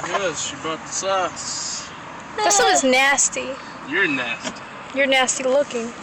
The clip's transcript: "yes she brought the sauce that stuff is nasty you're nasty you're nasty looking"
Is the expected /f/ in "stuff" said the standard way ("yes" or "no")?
no